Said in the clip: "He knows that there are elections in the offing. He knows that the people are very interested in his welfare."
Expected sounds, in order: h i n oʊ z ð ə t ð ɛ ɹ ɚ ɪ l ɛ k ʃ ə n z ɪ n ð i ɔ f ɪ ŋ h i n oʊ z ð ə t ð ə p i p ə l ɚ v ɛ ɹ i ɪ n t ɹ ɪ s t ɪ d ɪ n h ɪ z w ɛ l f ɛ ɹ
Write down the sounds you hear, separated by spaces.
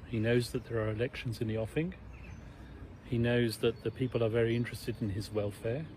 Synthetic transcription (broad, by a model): h i n oʊ z ð ə t ð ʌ ɹ ɚ ɪ l ɛ k ʃ ə n z ɪ n ð i ɔ f ɪ ŋ h i n oʊ z ð ə t ð ə p i p ə l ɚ v ɛ ɹ i ɪ n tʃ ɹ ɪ s t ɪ d ɪ n ɪ z w ɛ l f ɛ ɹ